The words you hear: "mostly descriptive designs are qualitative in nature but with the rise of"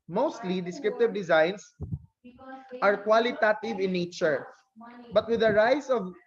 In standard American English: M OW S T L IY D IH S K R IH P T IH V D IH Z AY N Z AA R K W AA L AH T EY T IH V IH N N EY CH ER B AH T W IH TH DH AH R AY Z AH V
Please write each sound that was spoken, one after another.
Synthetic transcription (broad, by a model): M OW S T L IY D IH S K R IH P T IH V D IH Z AY N S AA R K W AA L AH T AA T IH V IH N N EY CH ER B AH T W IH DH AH R AY S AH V